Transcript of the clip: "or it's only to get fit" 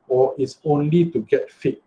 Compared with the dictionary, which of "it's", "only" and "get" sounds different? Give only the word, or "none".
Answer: none